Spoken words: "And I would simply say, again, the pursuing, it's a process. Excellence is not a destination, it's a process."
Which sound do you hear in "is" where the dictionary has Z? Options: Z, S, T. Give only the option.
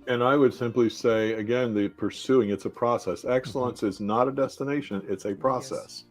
Z